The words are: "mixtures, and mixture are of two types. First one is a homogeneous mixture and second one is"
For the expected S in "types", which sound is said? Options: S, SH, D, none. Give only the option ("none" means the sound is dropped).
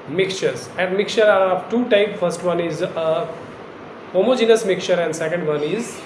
none